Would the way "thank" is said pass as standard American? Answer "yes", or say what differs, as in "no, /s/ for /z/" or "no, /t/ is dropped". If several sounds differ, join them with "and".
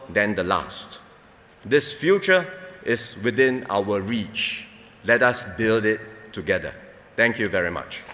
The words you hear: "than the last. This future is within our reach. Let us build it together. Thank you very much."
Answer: no, /t/ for /θ/